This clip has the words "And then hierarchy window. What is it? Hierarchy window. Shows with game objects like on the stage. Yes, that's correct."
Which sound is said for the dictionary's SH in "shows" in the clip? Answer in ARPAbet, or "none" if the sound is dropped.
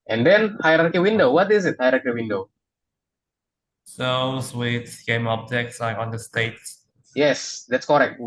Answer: S